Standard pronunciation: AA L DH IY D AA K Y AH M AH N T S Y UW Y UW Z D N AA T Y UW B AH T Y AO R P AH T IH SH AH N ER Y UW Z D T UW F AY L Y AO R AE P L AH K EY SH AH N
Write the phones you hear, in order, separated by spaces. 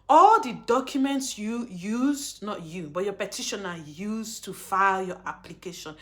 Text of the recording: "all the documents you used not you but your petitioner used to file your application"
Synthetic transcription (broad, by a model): AA L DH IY D AA K Y AH M AH N T S Y UW Y UW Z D N AA T Y UW B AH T Y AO P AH T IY SH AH N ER Y UW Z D T UW F AY L Y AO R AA P L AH K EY SH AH N